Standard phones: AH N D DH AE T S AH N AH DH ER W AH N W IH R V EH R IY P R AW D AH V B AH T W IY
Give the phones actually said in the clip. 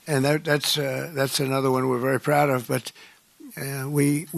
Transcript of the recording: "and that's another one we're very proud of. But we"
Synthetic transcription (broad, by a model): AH N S DH AE T S AH N AH DH ER W AH N W IH R V EH R IY P R AW D AH V B AH T W IY